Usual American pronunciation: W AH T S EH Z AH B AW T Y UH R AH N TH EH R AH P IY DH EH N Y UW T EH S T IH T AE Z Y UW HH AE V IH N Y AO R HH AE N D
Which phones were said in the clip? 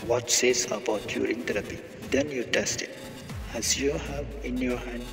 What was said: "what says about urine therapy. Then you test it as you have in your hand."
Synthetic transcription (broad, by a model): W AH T S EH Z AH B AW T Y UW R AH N T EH R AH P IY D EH N Y UW T EH S T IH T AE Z Y UW HH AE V IH N Y AO R HH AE N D